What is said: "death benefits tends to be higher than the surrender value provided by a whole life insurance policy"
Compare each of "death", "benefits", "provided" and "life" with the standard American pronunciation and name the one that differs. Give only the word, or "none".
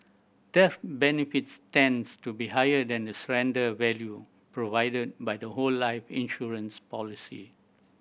death